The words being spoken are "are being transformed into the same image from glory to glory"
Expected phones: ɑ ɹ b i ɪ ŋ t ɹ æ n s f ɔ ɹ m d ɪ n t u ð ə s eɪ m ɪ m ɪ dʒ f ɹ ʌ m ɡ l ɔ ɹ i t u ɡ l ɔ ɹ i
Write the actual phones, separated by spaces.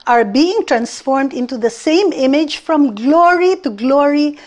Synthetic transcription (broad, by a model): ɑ ɹ b i ɪ ŋ t ɹ æ n s f ɔ ɹ m d ɪ n t u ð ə s eɪ m ɪ m ɪ dʒ f ɹ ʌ m ɡ l ɔ ɹ i t u ɡ l ɔ ɹ i